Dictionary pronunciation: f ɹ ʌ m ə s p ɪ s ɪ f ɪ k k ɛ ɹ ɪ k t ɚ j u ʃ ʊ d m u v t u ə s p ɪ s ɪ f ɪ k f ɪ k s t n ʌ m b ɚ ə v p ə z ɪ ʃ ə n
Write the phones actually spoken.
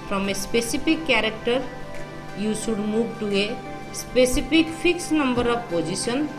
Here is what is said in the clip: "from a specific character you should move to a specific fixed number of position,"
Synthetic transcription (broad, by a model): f ɹ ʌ m ə s p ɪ s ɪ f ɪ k k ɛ ɹ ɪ k t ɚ j u s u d m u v t u ə s p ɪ s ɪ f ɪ k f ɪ k s n ʌ m b ɚ ə v p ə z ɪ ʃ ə n